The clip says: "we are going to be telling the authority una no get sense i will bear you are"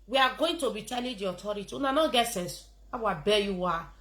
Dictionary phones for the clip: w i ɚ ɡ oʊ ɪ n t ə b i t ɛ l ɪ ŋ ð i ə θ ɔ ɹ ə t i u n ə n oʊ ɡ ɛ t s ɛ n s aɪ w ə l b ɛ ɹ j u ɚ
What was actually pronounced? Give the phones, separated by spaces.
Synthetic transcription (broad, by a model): w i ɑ ɡ oʊ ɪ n t ə b i t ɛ l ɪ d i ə t ɔ ɹ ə t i u n ə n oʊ ɡ ɛ t s ɛ n s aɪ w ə b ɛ j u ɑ